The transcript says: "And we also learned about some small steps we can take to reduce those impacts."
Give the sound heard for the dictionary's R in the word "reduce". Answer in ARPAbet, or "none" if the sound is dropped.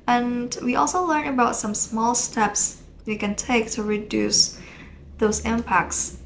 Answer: R